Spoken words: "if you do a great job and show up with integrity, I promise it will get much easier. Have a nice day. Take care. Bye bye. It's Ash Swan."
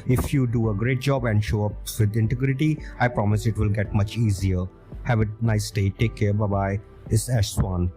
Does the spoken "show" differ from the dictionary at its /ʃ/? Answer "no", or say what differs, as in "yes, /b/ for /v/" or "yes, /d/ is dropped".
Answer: no